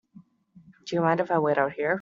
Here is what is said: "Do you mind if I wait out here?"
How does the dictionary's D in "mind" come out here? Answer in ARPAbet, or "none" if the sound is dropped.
D